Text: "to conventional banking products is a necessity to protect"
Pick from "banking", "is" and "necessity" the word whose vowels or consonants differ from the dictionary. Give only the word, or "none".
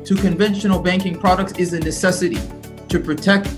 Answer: none